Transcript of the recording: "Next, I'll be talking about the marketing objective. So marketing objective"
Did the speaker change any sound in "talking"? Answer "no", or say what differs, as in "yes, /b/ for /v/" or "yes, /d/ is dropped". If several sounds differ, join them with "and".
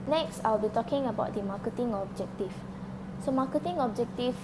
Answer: no